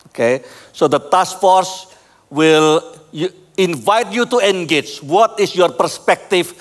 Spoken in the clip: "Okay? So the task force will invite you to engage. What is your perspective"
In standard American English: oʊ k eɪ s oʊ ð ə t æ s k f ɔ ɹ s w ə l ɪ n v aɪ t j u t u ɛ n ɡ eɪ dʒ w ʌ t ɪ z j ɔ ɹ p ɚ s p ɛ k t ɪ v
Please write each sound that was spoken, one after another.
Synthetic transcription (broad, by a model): oʊ k eɪ s oʊ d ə t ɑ s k f ɔ ɹ s w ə l ɪ n v aɪ t j u t u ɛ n ɡ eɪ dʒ w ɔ t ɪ s j ɔ ɹ p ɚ s p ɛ k t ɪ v